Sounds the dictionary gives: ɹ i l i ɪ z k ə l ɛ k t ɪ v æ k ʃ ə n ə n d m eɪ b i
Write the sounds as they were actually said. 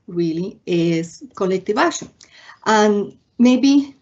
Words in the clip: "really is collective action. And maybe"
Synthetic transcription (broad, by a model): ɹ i l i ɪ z k ə l ɛ k t ɪ v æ ʃ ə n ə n m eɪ b i